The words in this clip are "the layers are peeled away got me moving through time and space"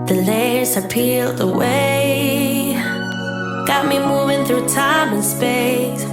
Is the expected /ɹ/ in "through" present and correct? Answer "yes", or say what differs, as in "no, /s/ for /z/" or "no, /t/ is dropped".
yes